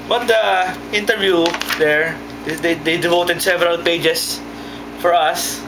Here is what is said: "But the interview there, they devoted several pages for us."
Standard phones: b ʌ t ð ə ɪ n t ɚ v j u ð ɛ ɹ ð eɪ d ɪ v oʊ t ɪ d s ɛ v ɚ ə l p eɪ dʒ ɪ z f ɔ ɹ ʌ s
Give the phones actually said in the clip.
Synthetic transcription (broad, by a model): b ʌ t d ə ɪ n t ɚ v j u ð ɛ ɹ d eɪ d ɪ v oʊ t ɪ d s ɛ v ɚ ə l p eɪ dʒ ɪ s f ɔ ɹ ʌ s